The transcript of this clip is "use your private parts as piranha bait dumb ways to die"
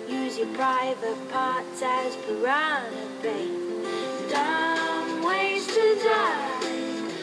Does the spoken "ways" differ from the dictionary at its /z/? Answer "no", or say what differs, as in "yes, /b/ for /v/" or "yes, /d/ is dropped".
yes, /z/ is dropped